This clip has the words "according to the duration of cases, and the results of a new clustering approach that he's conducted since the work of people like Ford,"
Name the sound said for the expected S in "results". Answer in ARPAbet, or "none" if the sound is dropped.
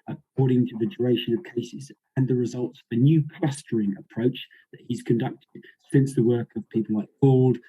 S